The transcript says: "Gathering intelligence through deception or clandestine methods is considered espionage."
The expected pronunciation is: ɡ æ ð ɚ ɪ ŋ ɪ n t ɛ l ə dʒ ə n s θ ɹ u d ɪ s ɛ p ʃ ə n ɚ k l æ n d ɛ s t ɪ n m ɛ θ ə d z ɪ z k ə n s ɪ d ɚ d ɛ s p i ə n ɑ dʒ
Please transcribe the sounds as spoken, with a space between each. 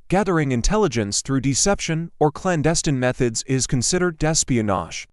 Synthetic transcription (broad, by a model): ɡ æ ð ɚ ɪ ŋ ɪ n t ɛ l ə dʒ ə n s θ ɹ u d ɪ s ɛ p ʃ ə n ɚ k l æ n d ɛ s t ɪ n m ɛ θ ə d z ɪ z k ə n s ɪ d ɚ d ɛ s p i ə n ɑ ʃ